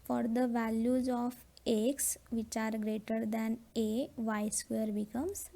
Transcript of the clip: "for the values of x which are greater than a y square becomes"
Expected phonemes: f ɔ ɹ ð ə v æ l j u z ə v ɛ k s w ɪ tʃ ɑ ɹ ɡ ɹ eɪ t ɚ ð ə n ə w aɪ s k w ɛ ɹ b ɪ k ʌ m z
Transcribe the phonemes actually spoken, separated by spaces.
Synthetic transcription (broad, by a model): f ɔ ɹ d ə v æ l j u z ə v ɛ k s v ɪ tʃ ɑ ɹ ɡ ɹ eɪ t ɚ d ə n ə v aɪ s k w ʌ ɹ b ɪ k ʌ m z